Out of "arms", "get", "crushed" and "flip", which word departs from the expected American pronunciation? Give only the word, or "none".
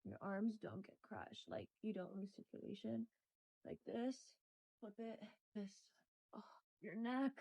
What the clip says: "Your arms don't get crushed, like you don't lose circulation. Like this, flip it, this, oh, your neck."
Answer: flip